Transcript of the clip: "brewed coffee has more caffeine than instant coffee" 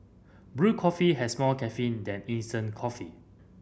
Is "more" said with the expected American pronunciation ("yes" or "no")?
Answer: no